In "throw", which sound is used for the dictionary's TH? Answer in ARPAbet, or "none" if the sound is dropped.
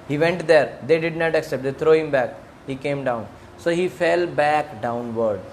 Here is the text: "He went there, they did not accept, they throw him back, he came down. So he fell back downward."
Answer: T